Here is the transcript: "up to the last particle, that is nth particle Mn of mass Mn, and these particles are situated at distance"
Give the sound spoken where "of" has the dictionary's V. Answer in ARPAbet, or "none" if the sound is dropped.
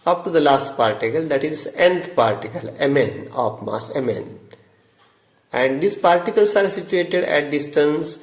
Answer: P